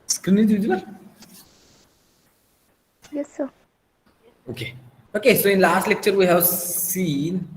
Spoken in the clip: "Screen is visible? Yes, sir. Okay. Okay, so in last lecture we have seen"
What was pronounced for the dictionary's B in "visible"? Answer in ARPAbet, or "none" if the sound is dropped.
none